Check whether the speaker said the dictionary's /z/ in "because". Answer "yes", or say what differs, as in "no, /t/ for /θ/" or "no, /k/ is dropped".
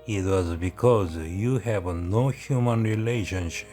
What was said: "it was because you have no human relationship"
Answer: yes